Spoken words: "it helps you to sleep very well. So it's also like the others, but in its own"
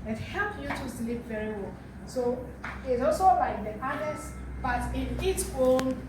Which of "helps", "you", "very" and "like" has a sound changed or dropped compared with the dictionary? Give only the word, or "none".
helps